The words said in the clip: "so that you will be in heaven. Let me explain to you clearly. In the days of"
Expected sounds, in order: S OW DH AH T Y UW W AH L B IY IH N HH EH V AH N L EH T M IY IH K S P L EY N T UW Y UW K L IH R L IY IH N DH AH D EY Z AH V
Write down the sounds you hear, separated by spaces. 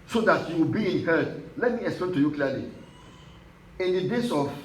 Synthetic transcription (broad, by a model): S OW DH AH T Y UW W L B IY IH N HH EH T L EH T M IY IH K S P L EY N T UW Y UW K L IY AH L IY IH N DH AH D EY S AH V